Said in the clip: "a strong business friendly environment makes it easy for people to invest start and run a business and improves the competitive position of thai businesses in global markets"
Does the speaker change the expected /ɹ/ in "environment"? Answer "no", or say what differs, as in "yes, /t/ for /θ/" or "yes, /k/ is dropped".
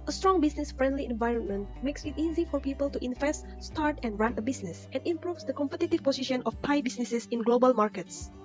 no